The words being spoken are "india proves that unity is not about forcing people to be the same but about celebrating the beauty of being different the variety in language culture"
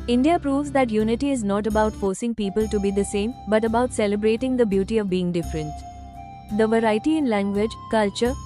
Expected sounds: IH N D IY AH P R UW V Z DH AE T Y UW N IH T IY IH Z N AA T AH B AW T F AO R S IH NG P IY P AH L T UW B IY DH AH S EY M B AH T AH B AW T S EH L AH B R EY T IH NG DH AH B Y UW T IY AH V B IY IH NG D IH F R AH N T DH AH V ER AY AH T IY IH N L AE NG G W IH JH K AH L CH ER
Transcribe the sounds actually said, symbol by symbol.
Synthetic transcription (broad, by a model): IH N D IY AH P R UW V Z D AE T Y UW N IH T IY IH Z N AA T AH B AW T F AO R S IH NG P IY P AH L T UW B IY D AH S EY M B AH T AH B AW T S EH L AH B R EY T IH NG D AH B Y UW T IY AH V B IY IH NG D IH F R AH N T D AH V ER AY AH T IY IH N L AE NG G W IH JH K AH L CH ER